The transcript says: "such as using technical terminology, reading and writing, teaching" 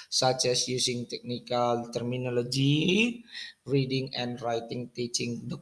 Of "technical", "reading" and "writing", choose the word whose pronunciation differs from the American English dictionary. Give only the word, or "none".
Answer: none